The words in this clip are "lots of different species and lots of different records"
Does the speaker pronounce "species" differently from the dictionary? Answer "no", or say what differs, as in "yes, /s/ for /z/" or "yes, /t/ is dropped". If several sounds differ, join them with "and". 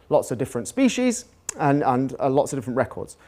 no